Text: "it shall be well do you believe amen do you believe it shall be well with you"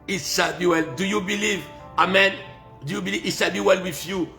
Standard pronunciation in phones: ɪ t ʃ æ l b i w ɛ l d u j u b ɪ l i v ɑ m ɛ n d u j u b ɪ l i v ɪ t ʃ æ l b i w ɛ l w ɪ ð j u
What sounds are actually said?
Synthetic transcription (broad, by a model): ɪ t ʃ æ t b i w ɛ l d u j u b ɪ l i v ɑ m ɛ n d u j u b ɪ l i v ɪ t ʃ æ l b i w ɛ l w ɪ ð j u